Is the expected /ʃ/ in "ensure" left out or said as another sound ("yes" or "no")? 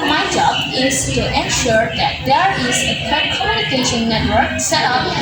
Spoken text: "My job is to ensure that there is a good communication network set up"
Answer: no